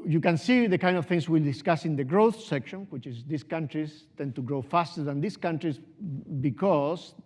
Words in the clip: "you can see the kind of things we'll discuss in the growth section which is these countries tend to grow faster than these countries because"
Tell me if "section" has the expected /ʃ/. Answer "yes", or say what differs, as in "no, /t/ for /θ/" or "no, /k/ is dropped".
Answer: yes